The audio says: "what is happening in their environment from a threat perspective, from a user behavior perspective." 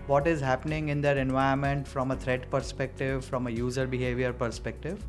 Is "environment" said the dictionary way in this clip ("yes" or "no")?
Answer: no